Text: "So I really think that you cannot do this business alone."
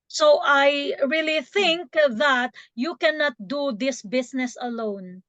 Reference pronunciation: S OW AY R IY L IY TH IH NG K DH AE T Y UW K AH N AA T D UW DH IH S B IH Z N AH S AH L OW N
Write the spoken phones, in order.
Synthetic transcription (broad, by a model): S OW AY R IY L IY TH IH NG K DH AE T Y UW K AH N AA T D UW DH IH S B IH S N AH S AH L OW N